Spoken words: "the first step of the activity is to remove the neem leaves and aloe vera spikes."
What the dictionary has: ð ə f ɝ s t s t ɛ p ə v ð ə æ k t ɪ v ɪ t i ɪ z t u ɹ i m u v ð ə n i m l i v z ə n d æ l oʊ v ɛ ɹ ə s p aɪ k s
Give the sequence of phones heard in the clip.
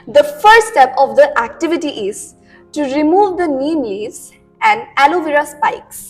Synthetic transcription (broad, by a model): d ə f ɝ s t s t ɛ p ə v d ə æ k t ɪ v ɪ t i ɪ z t u ɹ i m u v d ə n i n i z ə n d æ l oʊ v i ɹ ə s p aɪ k s